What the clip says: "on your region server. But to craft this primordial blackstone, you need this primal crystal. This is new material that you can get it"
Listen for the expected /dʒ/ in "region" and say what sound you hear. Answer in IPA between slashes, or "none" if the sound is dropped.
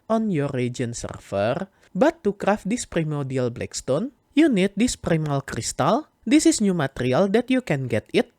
none